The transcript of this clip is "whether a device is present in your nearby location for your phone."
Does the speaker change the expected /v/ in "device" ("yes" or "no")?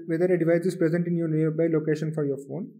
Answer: no